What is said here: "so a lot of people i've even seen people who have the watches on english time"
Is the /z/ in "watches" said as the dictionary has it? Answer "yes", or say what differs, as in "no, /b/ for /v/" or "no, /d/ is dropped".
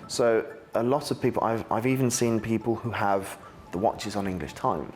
yes